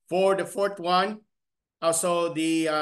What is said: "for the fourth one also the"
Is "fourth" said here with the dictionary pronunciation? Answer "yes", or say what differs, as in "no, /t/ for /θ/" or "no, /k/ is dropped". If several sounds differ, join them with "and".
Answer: no, /t/ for /θ/